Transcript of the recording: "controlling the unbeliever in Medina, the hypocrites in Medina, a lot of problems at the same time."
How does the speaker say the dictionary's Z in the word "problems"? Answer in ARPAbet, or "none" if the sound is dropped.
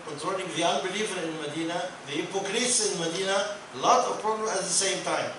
none